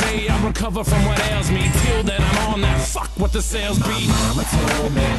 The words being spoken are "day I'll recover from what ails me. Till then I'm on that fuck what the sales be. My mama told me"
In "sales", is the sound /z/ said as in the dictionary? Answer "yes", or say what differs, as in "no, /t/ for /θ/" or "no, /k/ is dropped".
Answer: yes